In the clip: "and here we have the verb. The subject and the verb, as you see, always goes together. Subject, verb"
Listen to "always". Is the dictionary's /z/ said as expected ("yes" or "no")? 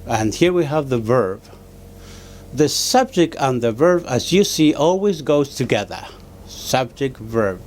yes